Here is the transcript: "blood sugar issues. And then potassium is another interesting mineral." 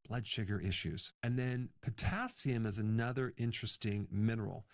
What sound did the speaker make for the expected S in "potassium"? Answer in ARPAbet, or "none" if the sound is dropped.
S